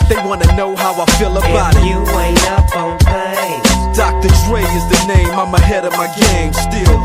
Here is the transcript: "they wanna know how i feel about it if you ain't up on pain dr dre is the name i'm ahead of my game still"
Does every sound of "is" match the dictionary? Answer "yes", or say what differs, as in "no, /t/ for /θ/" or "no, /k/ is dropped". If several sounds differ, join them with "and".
yes